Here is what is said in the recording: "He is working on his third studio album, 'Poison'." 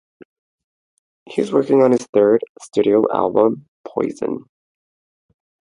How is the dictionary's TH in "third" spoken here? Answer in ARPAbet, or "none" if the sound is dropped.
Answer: TH